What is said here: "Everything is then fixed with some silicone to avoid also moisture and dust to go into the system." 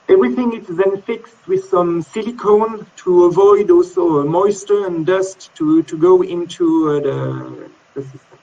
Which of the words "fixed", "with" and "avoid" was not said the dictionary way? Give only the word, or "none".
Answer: none